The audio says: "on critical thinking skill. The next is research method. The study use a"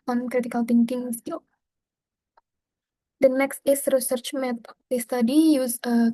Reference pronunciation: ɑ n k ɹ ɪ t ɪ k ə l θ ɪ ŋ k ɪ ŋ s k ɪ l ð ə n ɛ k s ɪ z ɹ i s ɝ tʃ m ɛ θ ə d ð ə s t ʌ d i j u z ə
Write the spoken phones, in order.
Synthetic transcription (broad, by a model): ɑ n k ɹ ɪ t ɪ k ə l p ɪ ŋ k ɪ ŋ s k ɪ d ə n ɛ k s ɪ s ɹ i s ɝ tʃ m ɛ t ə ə s t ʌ d i j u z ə